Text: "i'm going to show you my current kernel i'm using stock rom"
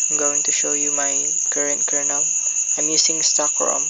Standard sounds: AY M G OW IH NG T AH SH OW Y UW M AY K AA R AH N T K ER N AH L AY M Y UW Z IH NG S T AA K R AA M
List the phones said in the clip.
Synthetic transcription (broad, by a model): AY M G OW IH NG T AH SH OW Y UW M AY K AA R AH N T K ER N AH L AY M Y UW S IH NG S T AA K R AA M